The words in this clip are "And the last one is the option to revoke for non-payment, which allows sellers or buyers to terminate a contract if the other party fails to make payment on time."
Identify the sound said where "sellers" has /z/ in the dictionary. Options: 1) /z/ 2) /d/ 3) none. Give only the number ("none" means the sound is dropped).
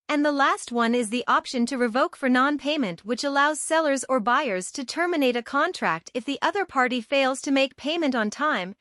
1